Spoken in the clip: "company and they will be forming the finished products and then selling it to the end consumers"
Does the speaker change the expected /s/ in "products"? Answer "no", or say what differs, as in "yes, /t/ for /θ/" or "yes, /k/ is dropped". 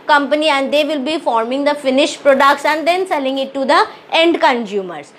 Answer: yes, /ʃ/ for /s/